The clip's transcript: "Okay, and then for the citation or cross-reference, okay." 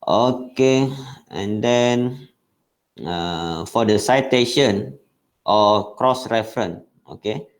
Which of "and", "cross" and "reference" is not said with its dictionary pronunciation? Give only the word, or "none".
reference